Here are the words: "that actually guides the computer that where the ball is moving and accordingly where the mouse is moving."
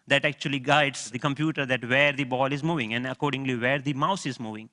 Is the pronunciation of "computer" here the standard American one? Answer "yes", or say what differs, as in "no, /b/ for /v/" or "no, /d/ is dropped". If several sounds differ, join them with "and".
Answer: yes